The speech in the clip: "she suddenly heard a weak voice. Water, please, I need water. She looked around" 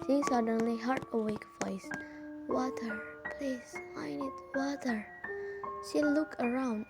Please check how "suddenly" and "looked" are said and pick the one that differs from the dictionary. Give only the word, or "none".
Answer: looked